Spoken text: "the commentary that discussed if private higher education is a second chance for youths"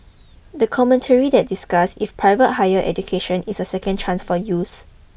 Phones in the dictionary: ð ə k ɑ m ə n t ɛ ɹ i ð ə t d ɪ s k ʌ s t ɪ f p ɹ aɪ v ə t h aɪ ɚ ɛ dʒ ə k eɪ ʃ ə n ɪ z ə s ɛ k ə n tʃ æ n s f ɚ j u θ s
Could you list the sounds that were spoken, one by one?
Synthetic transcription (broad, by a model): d ə k ɑ m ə n t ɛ ɹ i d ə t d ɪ s k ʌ s ɪ f p ɹ aɪ v ə t h aɪ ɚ ɛ dʒ ə k eɪ ʃ ə n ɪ s ə s ɛ k ə n tʃ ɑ n s f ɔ j u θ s